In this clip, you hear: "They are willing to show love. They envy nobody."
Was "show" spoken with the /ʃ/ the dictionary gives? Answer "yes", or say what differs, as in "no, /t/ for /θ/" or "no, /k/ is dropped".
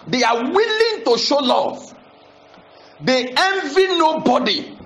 yes